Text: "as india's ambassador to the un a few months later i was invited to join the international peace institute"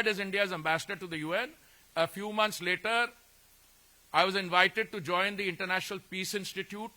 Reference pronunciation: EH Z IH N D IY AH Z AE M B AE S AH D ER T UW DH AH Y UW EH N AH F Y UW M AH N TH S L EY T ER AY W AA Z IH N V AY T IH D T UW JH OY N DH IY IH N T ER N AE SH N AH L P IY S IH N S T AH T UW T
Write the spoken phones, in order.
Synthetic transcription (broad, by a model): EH Z IH N D IY AH Z AE M B AE S AH D ER T UW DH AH Y UW EH N AH F Y UW M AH N T S L EY T ER AY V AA Z IH N V AY T IH D T UW JH OY N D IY IH N T ER N AE SH N AH L P IY S IH N S T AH T UW T